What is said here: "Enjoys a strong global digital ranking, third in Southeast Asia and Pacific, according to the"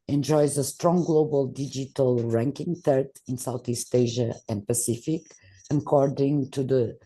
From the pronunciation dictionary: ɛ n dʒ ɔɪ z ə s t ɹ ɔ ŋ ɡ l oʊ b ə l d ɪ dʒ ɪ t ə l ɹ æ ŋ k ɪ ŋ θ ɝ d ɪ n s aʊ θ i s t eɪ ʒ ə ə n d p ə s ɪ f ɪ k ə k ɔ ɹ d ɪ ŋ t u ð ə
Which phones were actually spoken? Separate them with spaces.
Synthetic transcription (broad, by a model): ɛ n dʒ ɔɪ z ə s t ɹ ɔ ŋ ɡ l oʊ b ə l d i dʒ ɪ t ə l ɹ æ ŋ k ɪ ŋ t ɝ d ɪ n s aʊ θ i s t eɪ ʒ ə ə n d p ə s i f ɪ k ə k ɔ ɹ d ɪ ŋ t u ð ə